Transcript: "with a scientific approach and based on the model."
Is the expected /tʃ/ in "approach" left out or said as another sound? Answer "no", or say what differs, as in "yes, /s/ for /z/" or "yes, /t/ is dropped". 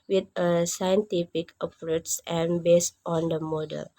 yes, /s/ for /tʃ/